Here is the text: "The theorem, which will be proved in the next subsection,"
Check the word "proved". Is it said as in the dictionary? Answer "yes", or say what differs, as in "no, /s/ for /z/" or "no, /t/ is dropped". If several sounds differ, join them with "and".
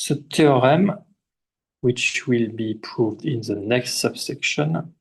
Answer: yes